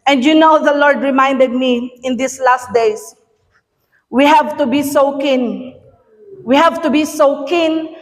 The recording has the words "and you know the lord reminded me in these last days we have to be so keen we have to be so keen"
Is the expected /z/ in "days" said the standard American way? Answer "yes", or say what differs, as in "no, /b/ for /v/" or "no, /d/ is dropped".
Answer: no, /s/ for /z/